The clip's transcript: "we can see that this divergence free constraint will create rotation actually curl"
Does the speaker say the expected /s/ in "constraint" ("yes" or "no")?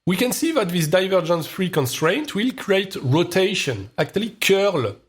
yes